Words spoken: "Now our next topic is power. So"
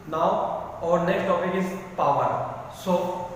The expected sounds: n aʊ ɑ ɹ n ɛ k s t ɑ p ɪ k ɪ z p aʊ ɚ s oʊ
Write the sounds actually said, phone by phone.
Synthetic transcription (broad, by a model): n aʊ ɑ ɹ n ɛ k s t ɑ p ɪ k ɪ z p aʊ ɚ s oʊ